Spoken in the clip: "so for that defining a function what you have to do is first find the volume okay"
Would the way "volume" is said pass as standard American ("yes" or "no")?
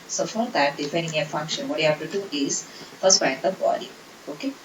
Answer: no